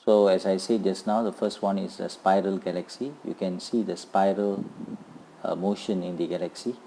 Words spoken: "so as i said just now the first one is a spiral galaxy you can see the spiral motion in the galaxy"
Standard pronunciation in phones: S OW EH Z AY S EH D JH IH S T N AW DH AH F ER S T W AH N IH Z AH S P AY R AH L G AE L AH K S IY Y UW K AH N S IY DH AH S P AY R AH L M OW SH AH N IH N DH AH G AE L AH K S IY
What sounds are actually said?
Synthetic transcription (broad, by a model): S OW EH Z AY S EH JH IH S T N AW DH AH F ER S T W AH N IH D AH S P AY R AH L G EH L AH K S IY Y UW K AH N S IY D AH S P AY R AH L M OW SH AH N IH N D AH G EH L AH K S IY